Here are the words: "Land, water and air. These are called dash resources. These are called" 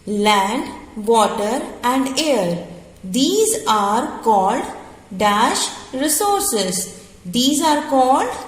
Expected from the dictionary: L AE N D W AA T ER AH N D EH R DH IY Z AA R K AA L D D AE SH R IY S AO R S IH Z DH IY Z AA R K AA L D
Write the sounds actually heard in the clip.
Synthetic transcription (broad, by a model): L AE N D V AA T ER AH N D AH R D IY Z AA R K AA L D D AE SH R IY S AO R S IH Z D IY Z AA R K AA L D